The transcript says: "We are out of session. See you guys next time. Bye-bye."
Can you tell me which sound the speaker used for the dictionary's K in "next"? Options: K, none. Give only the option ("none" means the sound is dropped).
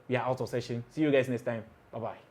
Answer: none